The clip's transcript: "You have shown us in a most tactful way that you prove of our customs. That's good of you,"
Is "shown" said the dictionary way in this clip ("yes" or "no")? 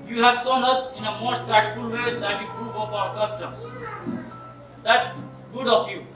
no